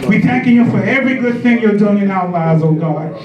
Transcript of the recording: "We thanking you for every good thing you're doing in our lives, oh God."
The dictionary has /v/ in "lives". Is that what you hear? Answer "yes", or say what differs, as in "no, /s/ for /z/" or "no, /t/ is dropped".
no, /v/ is dropped